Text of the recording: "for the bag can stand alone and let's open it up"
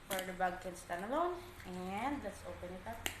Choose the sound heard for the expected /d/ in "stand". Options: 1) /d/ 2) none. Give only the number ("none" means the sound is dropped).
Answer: 2